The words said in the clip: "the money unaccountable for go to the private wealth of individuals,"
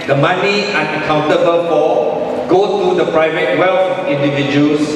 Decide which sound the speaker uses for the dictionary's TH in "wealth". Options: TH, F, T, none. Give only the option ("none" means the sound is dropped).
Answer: F